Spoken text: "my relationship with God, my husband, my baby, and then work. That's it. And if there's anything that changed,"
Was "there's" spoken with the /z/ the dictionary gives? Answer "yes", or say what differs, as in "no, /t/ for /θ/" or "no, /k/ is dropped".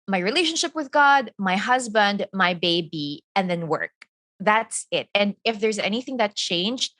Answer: yes